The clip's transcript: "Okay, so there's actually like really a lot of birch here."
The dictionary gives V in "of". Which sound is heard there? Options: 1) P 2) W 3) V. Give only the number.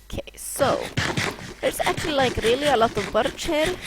3